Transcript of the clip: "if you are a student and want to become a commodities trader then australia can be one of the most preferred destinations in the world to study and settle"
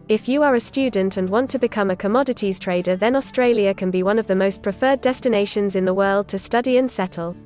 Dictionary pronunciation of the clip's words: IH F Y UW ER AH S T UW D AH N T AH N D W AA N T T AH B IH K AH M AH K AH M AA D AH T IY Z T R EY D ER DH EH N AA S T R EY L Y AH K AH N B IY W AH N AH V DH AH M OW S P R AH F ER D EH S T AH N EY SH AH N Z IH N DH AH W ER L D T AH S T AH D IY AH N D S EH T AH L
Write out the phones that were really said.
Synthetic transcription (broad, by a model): IH F Y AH ER AH S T UW D N T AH N W AA N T T AH B IH K AH M AH K AH M AA D AH T IY Z T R EY D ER DH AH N AA S T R EY L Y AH K AH N B IY W AH N AH V DH AH M OW S P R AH F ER D EH S T AH N EY SH AH N Z IH N DH AH W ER L D T AH S T AH D IY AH N S EH T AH L